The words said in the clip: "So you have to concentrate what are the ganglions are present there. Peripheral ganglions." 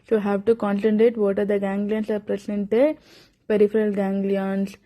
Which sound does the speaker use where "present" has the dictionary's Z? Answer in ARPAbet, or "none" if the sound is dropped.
S